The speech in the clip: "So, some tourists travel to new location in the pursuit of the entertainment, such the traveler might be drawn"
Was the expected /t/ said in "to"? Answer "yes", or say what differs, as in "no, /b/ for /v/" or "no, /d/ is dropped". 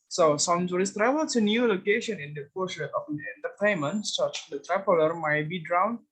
no, /s/ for /t/